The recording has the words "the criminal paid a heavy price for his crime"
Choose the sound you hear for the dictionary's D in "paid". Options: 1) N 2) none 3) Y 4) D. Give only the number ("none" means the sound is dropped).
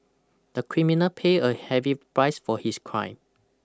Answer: 2